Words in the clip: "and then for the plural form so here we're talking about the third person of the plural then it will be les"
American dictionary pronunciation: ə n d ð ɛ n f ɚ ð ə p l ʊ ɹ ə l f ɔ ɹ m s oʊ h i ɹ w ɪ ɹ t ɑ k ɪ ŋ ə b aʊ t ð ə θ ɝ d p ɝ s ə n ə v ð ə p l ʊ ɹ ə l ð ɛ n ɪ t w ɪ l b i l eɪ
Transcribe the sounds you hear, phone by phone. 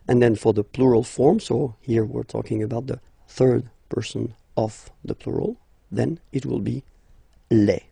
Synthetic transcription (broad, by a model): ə n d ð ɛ n f ɚ ð ə p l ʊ ɹ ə l f ɔ ɹ m s oʊ h i ɹ w ɪ ɹ t ɑ k ɪ ŋ ə b aʊ t ð ə θ ɝ d p ɝ s ə n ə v ð ə p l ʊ ɹ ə l ð ɛ n ɪ t w ɪ l b i l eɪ